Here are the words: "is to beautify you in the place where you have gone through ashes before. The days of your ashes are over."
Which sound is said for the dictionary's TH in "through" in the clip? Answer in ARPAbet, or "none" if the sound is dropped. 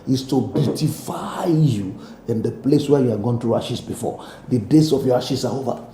T